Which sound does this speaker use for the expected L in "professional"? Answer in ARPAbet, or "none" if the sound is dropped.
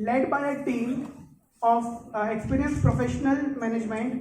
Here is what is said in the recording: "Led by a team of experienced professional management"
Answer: L